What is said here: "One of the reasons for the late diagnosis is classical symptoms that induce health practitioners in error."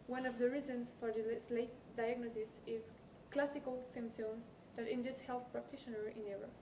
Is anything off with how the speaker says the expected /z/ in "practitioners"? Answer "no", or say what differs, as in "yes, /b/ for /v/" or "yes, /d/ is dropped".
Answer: yes, /z/ is dropped